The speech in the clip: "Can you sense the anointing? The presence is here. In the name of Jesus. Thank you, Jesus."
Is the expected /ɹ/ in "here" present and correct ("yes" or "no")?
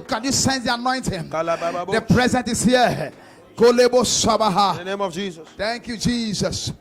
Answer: no